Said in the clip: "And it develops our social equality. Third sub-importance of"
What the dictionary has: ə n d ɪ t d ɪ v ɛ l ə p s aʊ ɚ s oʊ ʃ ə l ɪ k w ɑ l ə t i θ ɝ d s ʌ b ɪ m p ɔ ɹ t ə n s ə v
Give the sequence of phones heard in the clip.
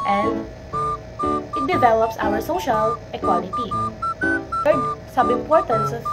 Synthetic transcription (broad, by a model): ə n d ɪ t d ɪ v ɛ l ə p s aʊ ɚ s oʊ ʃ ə l ɪ k w ɑ l ə t i f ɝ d s ʌ b ɪ m p ɔ ɹ t ə n s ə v